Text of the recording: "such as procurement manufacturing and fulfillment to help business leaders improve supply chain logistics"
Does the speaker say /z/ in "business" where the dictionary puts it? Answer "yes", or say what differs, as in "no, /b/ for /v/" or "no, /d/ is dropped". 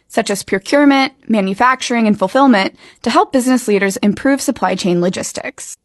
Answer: yes